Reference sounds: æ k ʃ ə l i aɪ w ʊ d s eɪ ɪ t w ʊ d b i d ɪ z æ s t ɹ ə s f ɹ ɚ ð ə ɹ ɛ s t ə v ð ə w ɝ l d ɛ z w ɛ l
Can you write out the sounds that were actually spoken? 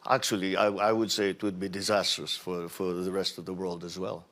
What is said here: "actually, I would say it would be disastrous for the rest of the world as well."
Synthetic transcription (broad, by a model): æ k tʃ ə l i aɪ w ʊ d s eɪ ɪ t w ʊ d b i d ɪ z æ s t ɹ ə s f ɹ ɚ ð ə ɹ ɛ s t ə v ð ə w ɝ l d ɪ z w ɛ l